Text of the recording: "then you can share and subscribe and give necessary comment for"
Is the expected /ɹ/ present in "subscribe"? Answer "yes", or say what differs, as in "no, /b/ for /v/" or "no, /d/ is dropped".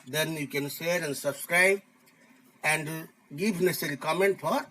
yes